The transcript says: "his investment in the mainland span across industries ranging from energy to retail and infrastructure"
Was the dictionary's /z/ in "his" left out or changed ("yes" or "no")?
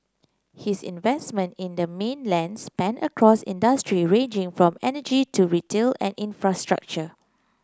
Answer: yes